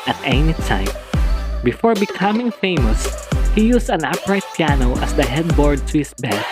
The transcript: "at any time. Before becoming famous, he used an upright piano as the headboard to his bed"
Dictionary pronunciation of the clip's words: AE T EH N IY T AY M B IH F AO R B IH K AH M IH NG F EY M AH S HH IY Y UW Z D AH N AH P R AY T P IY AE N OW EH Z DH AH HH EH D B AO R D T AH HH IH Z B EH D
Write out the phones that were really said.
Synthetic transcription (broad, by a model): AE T EH N IY T AY M B IH F AO R B IH K AH M IH NG F EY M AH S HH IY Y UW S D AH N AH P R AY T P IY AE N OW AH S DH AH HH EH D B AO R D T AH HH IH S B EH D